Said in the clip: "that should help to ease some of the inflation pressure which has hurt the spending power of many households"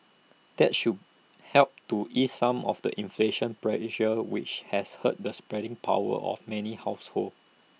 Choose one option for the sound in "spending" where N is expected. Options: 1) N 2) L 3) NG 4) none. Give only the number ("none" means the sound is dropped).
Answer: 4